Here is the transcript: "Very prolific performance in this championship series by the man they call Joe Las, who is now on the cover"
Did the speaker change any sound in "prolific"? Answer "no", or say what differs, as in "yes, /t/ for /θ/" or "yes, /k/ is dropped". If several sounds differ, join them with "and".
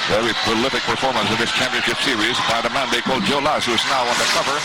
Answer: yes, /ɹ/ is dropped